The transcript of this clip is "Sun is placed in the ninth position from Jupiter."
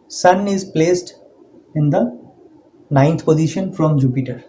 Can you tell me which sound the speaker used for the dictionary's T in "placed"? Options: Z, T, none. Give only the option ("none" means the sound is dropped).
T